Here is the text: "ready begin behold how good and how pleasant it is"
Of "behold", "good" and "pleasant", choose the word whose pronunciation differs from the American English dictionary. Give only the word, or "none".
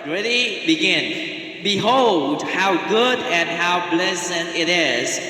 pleasant